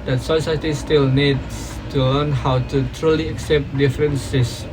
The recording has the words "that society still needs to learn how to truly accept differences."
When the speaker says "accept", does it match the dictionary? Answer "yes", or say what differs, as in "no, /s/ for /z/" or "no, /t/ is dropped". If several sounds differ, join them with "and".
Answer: yes